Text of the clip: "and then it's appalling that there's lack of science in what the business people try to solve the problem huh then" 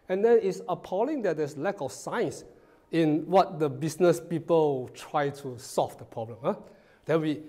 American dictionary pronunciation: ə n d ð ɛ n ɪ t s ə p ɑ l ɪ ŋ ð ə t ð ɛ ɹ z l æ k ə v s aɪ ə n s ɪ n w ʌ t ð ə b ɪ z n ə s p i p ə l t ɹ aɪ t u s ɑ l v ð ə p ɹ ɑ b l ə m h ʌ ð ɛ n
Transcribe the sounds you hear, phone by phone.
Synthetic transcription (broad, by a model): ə n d ɛ n ɪ t s ə p ɑ l ɪ ŋ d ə t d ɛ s l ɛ k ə f s aɪ n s ɪ n w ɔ t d ə b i s n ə s p i p ə l t ɹ aɪ t u s ɑ l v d ə p ɹ ɑ b l ə m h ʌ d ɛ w